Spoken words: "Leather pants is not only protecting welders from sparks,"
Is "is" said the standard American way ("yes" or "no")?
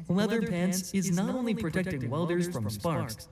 yes